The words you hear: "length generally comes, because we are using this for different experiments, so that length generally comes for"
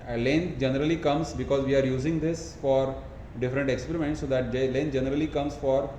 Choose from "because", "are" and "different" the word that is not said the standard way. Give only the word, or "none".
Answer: none